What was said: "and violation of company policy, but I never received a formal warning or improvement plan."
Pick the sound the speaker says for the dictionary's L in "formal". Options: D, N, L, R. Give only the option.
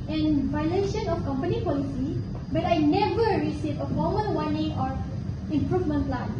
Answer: N